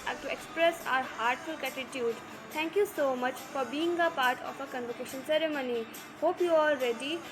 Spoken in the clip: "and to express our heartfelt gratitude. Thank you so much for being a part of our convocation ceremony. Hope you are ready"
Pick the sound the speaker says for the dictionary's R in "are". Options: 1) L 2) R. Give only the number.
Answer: 1